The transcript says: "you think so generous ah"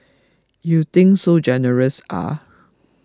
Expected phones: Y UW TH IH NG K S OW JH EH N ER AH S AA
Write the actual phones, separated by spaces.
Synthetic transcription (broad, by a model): Y UW T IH NG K S OW JH EH N ER AH S AA